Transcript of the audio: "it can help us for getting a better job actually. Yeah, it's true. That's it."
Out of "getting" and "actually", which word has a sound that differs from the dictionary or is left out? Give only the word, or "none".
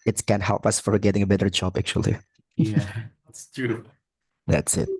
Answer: actually